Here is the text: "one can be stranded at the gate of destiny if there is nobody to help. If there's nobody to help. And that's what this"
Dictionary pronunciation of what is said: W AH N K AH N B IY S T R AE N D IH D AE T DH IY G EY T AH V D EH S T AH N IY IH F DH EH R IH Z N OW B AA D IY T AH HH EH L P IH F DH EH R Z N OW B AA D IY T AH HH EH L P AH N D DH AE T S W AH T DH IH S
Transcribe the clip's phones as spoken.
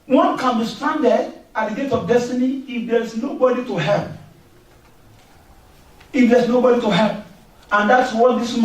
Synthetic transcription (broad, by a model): W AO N K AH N B IY S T AA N D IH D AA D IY G EY T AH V D EH S T AH N IY IH F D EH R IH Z N OW B AA D IY T AH HH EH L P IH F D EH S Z N OW B AA D IY T AH HH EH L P AH N D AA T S W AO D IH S